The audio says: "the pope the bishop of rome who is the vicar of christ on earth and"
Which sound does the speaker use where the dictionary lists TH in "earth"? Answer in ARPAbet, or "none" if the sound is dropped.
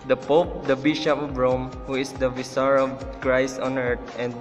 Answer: T